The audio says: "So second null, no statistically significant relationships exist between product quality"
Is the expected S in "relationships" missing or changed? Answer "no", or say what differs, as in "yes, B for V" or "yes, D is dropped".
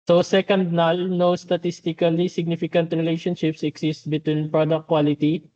no